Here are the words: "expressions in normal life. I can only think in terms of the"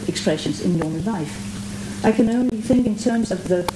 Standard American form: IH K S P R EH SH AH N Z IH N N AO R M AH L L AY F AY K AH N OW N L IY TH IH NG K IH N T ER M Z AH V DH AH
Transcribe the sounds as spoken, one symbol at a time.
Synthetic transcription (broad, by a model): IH K S P R EH SH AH N Z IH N N AO R M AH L L AY F AY K AH N OW N L IY TH IH NG K IH N T ER M Z AH V DH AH